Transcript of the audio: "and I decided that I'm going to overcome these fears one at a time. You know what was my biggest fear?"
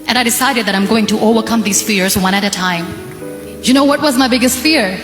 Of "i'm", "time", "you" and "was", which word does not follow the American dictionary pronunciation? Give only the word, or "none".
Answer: none